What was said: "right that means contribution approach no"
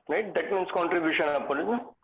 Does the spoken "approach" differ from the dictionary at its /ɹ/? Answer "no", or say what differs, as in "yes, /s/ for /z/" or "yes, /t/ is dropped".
yes, /ɹ/ is dropped